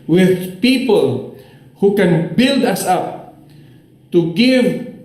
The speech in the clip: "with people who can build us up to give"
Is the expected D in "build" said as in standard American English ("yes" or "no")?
yes